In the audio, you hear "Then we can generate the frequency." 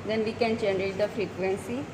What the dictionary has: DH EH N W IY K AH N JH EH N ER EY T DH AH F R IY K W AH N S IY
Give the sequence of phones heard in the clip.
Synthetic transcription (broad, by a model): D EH N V IY K AH N CH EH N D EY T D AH F R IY K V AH N S IY